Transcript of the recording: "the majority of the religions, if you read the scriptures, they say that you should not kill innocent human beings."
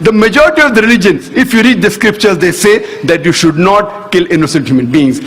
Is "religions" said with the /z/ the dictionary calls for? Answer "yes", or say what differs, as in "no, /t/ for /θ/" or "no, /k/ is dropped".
no, /z/ is dropped